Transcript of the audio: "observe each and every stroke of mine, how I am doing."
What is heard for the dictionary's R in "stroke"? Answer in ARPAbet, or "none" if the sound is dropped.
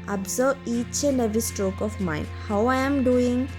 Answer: R